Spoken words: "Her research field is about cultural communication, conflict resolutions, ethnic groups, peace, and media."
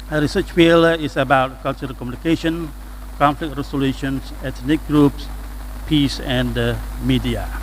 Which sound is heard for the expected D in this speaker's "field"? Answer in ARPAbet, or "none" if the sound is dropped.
none